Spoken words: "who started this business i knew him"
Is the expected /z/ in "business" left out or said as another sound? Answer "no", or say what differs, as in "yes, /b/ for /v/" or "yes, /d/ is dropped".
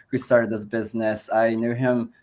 no